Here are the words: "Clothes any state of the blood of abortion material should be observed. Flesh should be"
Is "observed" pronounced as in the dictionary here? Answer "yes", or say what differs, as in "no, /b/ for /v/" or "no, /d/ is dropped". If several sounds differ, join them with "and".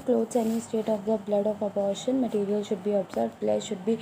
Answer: no, /v/ is dropped